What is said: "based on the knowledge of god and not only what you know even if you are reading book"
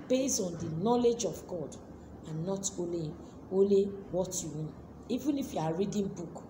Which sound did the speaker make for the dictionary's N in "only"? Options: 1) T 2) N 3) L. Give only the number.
3